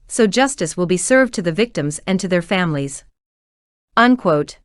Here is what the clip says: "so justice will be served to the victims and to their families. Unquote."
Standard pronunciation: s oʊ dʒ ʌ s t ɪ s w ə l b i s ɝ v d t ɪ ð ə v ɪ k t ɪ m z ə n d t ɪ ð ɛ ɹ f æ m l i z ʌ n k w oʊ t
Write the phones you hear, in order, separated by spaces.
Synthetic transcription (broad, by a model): s oʊ dʒ ʌ s t ɪ s w ə l b i s ɝ v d t ɪ ð ə v ɪ k t ɪ m z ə n t ɪ ð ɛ ɹ f æ m l i z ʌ n k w oʊ t